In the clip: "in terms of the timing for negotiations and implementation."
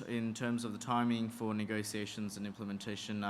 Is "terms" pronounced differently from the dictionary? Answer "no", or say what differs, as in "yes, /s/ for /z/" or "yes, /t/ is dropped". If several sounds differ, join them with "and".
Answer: no